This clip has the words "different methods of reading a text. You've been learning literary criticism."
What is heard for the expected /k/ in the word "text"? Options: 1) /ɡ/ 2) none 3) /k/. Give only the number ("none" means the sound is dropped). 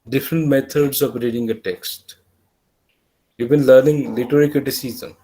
3